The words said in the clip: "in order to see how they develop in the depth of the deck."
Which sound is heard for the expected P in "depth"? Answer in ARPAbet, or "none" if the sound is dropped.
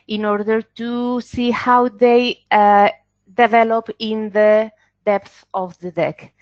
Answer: P